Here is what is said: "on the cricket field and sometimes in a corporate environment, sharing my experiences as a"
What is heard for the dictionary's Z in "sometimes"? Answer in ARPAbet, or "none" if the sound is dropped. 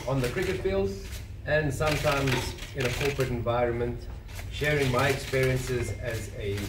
Z